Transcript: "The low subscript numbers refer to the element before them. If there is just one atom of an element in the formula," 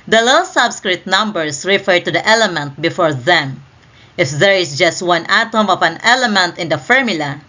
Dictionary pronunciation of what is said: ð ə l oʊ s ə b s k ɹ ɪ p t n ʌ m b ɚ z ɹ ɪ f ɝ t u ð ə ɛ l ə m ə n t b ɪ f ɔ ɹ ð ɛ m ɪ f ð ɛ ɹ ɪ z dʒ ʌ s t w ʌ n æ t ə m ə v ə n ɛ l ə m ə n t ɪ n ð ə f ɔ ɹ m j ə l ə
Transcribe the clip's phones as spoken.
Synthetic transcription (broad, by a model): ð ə l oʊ s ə b s k ɹ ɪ t n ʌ m b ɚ s ɹ ɪ f ɝ t u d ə ɛ l ə m ə n t b ɪ f ɔ ɹ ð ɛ m ɪ f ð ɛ ɹ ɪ s dʒ ʌ s t w ʌ n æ t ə m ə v ə n ɛ l ə m ə n t ɪ n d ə f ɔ ɹ m j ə l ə